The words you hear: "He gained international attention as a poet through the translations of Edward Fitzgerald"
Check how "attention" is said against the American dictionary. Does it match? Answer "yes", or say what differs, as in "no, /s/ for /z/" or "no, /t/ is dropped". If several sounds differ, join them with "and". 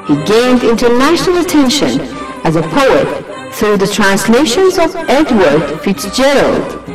yes